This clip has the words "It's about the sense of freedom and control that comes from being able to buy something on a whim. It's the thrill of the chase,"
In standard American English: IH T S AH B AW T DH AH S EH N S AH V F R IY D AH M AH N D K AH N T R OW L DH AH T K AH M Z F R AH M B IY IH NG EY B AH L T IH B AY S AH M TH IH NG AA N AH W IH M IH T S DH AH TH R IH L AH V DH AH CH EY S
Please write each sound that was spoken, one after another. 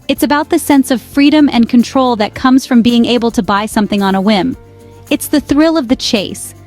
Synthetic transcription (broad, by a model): IH T S AH B AW T DH AH S EH N S AH V F R IY D AH M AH N K AH N T R OW L DH AH T K AH M Z F R AH M B IY IH NG EY B L T IH B AY S AH M TH IH NG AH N AH W IH M IH T S DH AH TH R IH L AH V DH AH CH EY S